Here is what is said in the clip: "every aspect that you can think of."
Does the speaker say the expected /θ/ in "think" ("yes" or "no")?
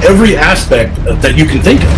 yes